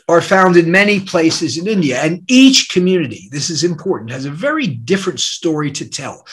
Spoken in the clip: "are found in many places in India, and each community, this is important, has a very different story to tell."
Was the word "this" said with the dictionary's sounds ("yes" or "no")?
yes